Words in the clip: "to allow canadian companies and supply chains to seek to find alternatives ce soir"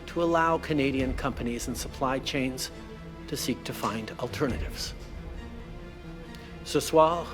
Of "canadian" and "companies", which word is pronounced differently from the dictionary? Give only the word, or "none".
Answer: none